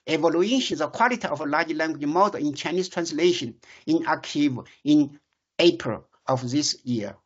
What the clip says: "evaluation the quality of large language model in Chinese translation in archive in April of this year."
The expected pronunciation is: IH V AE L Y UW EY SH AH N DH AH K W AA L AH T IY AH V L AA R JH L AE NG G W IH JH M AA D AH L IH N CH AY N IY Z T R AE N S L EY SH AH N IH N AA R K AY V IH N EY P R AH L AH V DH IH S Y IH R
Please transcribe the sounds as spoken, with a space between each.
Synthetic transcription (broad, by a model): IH V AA L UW EY SH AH N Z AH K W AA L AH T IY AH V L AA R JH L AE NG G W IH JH M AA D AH IH N CH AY N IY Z T R AE N S L EY SH AH N IH N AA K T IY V IH N EY P R AH L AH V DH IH S Y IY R